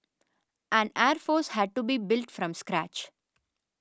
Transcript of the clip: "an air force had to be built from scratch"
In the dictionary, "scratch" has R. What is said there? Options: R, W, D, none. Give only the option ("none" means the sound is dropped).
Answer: R